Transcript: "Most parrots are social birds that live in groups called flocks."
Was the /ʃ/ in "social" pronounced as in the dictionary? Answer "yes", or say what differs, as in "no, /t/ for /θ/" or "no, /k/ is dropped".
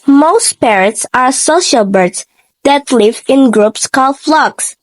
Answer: yes